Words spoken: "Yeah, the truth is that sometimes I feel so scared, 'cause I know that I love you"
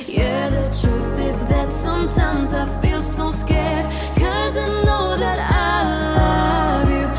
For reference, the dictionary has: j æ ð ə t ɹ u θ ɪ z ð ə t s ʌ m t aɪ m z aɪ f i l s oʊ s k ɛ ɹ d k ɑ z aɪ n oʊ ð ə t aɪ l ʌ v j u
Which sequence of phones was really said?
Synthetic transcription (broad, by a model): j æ ð ə t ɹ u θ ɪ z ð ə t s ʌ m t aɪ m z aɪ f i l s oʊ s k ɛ ɹ d k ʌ z aɪ n oʊ ð ə t aɪ l ʌ v j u